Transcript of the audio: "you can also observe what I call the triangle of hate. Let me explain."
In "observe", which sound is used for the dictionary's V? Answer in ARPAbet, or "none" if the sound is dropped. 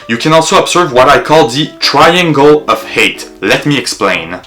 V